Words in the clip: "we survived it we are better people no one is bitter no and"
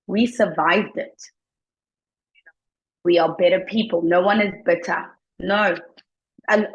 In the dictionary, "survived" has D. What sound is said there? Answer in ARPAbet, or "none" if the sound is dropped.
D